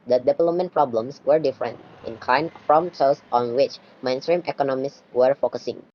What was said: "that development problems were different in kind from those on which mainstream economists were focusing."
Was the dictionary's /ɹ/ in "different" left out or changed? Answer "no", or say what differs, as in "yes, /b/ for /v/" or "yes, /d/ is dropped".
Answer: no